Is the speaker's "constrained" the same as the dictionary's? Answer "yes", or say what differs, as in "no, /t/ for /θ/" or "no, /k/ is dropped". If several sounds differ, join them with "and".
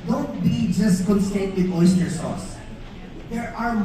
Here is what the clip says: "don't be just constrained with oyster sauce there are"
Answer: no, /ɹ/ is dropped